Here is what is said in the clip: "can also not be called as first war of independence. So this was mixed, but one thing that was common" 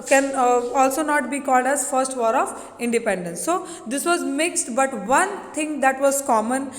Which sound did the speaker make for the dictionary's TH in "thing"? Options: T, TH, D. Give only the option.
T